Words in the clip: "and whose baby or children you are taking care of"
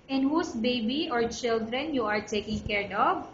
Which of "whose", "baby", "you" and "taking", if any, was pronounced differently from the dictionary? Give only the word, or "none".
whose